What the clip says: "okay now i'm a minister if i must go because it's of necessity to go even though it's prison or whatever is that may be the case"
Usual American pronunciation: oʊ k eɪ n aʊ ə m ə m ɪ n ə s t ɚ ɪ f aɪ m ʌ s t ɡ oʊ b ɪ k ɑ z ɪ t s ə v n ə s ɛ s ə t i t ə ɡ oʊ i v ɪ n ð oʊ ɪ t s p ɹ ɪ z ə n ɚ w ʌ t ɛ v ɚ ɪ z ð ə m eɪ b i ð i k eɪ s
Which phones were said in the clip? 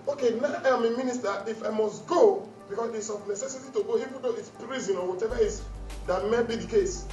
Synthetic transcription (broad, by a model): oʊ k eɪ n aʊ ə m ə m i n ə s t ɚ ɪ f aɪ m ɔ s t ɡ oʊ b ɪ k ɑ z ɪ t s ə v n ə s ɛ s ə t i t ə ɡ oʊ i f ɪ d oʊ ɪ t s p ɹ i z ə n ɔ w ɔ t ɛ v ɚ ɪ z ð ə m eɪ b i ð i k eɪ s